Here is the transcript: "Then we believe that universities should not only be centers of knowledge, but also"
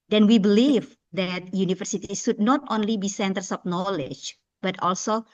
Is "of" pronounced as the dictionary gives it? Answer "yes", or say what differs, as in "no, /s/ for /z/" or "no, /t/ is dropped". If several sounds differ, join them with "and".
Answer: no, /p/ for /v/